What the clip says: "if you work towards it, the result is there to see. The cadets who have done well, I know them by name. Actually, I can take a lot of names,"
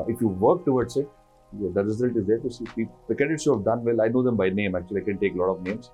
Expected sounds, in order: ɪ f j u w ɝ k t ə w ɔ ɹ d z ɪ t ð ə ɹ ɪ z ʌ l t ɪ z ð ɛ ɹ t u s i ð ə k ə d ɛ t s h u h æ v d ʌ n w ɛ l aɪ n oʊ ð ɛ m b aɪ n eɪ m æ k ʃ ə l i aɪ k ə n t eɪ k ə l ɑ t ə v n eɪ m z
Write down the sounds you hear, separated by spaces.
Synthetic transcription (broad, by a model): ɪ f j u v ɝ k t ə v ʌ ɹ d s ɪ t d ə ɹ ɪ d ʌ t ɪ z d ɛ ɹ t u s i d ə k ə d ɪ t s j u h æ v d ʌ n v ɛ l aɪ n oʊ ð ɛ m b aɪ n eɪ m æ k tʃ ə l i aɪ k ə n t eɪ k l ɑ t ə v n eɪ m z